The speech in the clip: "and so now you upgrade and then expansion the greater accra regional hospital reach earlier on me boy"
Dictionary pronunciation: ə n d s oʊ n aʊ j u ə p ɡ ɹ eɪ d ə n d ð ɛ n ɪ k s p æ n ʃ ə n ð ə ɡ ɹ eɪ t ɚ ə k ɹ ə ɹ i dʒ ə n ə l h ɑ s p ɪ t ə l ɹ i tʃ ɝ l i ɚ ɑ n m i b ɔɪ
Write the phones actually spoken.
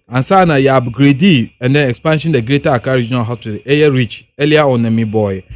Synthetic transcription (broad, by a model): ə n s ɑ n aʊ j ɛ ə b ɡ ɹ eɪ d ə n d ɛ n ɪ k s p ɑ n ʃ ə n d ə ɡ ɹ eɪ t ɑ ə k ə ɹ i dʒ ə n ə l h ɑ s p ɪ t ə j ɹ i tʃ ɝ l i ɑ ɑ n m i b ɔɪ